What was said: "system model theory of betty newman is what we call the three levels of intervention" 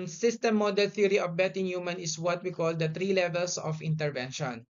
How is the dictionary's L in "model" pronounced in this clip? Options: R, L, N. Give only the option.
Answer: L